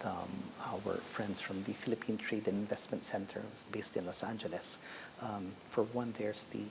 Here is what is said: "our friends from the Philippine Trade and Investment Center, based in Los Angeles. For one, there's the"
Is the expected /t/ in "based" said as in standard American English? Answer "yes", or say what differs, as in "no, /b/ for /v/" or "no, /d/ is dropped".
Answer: yes